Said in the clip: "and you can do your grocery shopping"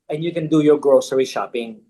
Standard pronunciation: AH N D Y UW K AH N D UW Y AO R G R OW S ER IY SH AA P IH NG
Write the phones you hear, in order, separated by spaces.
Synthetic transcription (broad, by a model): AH N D Y UW K AH N D UW Y AO R G R OW S ER IY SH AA P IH NG